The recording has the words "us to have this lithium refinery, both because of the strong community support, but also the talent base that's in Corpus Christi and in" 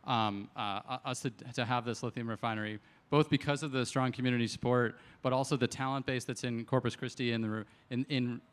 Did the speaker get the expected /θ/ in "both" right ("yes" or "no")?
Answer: yes